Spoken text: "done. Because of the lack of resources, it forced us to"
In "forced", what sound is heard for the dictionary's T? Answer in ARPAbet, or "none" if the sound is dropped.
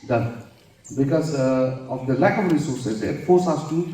none